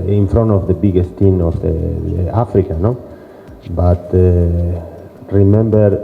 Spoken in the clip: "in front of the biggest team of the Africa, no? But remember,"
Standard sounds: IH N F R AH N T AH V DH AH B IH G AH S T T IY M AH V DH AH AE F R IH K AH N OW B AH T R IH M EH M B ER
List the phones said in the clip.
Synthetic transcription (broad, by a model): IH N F R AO N AH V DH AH B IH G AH S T T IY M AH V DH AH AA F R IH K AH N OW B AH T R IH M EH M B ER